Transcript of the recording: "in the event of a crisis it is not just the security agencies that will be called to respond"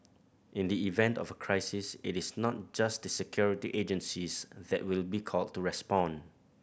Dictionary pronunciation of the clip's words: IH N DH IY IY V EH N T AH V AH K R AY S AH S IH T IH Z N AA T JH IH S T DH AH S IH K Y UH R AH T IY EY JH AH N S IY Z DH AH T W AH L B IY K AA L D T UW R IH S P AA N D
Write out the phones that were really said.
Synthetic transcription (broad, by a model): IH N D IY IY V EH N T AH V AH K R AY S AH S IH T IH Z N AA T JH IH S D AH S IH K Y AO R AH T IY EY JH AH N S IY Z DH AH T W AH L B IY K AA L D T UW R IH S P AA N